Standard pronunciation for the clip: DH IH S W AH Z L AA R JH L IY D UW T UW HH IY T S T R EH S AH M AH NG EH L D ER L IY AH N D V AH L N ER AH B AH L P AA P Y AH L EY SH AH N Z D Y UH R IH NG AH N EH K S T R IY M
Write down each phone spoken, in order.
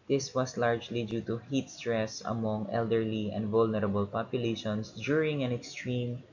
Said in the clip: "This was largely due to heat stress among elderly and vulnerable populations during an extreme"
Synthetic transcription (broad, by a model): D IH S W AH S L AA R JH L IY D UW T UW HH IY T S T R EH S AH M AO NG EH L D ER L IY AH N D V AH L N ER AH B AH L P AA P Y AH L EY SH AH N S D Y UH R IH NG AH N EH K S T R IY M